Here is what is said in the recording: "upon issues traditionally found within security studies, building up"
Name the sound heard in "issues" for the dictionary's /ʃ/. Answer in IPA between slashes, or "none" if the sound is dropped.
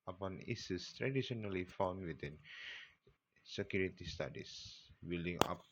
/s/